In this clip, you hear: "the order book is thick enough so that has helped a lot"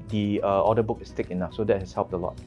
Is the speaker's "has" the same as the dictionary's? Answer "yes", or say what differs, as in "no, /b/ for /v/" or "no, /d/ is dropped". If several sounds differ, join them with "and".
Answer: no, /s/ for /z/